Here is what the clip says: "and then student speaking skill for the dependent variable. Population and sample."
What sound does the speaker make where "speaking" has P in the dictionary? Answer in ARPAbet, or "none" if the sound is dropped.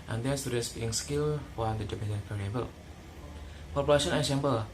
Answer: B